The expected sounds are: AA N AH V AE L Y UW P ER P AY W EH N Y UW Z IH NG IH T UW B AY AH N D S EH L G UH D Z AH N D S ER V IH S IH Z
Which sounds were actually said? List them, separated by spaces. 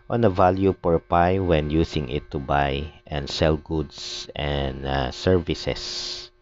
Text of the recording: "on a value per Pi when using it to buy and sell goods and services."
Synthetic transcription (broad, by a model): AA N AH V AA L Y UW P ER P AY W EH N Y UW S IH NG IH T UW B AY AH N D S EH L G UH D S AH N D S ER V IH S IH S